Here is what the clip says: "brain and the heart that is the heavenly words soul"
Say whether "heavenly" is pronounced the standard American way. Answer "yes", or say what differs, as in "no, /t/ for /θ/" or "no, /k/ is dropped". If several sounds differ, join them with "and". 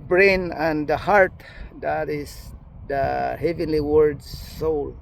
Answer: yes